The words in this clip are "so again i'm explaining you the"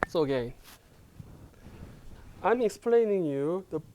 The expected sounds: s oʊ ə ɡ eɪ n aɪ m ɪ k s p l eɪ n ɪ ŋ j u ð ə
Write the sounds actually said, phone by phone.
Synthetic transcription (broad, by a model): s oʊ ə ɡ eɪ n aɪ m ɪ k s p l eɪ n ɪ ŋ j u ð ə